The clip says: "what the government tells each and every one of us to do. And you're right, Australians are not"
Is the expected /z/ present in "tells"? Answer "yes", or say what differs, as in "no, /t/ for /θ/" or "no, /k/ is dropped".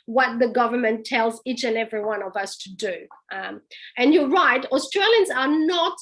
yes